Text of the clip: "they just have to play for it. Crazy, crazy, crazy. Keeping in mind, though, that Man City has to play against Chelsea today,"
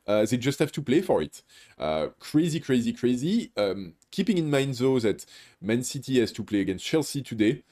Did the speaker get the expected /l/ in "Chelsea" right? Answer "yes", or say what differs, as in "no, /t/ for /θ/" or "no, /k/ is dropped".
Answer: yes